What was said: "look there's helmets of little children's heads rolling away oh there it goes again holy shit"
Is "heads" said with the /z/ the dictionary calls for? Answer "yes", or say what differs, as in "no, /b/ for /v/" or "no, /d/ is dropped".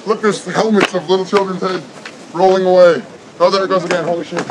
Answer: no, /z/ is dropped